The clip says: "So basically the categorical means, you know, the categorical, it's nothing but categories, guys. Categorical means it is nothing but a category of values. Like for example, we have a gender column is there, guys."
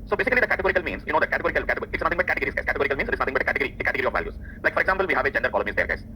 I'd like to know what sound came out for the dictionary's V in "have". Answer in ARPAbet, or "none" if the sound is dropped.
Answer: V